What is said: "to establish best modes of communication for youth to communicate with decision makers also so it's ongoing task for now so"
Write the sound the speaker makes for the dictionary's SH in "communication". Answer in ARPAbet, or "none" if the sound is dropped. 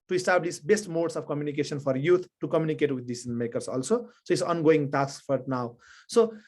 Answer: S